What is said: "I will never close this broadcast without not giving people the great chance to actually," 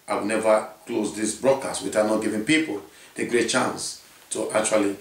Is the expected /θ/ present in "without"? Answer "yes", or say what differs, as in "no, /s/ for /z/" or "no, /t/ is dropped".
no, /t/ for /θ/